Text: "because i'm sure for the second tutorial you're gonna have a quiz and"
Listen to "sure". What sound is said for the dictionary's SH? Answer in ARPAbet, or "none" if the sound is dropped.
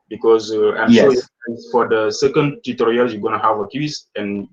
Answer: S